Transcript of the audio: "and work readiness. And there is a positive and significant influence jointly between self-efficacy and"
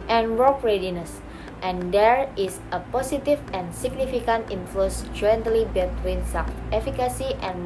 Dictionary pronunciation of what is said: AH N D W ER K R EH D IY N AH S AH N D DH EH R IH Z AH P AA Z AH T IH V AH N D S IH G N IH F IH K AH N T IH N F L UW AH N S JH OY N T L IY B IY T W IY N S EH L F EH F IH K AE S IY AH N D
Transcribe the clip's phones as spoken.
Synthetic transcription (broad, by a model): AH N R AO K R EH D IY N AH S AH N D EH R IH S AH P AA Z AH T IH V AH N S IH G N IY F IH K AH N T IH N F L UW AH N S JH OY N T L IY B IY T W IY N S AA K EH F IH K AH S IY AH N